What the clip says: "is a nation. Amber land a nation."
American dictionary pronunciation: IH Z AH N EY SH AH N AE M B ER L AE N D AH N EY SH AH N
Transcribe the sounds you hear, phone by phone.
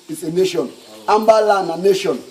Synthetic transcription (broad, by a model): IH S AH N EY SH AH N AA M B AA L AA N AH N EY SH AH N